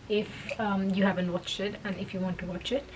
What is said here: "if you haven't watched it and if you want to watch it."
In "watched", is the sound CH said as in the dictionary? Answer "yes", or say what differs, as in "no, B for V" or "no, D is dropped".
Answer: yes